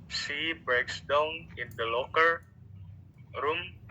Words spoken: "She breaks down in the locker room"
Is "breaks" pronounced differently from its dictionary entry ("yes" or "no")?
no